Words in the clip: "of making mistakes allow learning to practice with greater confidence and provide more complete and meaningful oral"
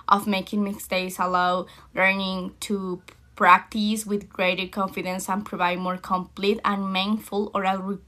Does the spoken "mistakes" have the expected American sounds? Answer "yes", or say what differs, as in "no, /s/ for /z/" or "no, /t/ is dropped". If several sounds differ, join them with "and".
no, /k/ is dropped